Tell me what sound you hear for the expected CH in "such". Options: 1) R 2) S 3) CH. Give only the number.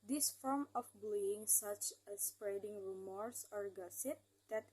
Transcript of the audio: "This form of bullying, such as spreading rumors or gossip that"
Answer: 3